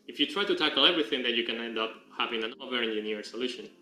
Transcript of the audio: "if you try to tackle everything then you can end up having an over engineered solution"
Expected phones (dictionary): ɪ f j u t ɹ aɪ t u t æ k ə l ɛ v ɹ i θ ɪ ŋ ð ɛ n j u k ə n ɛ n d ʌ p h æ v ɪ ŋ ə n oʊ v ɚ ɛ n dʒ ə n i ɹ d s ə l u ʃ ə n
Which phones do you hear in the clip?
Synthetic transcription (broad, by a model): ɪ f j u t ɹ aɪ t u t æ k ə l ɛ v ɹ i θ ɪ ŋ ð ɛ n j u k ə n ɛ n d ʌ p h æ v ɪ ŋ ə n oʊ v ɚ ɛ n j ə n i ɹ s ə l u ʃ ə n